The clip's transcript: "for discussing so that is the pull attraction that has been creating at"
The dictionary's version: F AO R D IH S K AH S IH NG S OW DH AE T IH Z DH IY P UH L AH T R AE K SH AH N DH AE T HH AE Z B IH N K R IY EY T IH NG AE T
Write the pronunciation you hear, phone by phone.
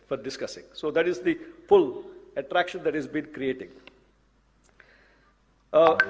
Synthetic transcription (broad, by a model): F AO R D IH S K AH S IH NG S OW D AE T IH Z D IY F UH L AH T R AE K SH AH N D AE T HH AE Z B IH N K R IY EY T IH NG